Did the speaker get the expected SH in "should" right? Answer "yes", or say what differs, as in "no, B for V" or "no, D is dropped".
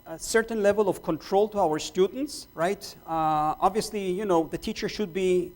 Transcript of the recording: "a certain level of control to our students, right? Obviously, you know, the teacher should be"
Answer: yes